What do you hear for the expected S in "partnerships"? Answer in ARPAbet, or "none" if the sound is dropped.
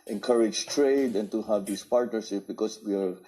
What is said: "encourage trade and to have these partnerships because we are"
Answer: none